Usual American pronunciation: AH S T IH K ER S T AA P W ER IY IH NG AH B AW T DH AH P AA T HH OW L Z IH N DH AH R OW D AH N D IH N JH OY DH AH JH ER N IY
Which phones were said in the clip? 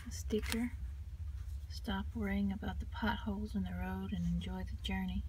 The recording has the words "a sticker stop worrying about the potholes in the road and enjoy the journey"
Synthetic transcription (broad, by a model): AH S T IH K ER S T AA P W ER IH NG AH B AW T DH AH P AA T HH OW L Z IH N DH AH R OW D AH N IH N JH OY DH AH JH ER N IY